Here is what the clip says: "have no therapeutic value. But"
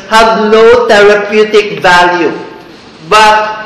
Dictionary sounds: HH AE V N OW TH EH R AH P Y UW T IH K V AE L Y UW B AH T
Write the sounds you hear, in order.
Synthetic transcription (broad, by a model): HH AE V N OW T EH R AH P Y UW T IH K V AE L Y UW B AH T